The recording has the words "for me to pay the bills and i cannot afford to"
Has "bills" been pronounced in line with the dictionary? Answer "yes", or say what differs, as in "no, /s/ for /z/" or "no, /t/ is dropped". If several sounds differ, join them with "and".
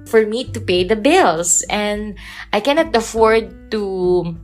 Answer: no, /s/ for /z/